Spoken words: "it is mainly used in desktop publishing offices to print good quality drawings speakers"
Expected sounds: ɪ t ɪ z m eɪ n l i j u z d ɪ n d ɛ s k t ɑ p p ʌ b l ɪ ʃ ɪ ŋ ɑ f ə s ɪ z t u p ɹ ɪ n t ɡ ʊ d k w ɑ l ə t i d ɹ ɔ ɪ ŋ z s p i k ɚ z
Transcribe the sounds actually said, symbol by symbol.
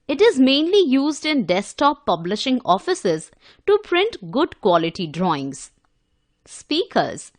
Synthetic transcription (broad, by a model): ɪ t ɪ z m eɪ n l i j u z d ɪ n d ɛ s t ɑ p p ʌ b l ɪ ʃ ɪ ŋ ɑ f ə s ɪ z t u p ɹ ɪ n t ɡ ʊ d k w ɑ l ə t i d ɹ ɔ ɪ ŋ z s p i k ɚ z